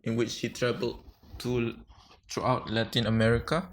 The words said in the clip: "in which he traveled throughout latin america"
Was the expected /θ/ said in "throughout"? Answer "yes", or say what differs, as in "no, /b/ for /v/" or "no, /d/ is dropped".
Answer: no, /t/ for /θ/